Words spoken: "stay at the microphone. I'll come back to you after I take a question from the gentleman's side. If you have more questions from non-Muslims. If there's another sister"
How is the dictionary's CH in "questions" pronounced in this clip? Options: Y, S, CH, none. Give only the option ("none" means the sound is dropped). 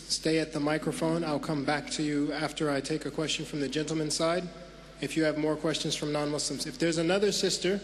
CH